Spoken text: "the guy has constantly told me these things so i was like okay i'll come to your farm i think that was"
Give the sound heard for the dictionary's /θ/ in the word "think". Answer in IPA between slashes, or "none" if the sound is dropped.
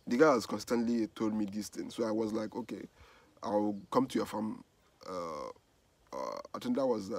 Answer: /t/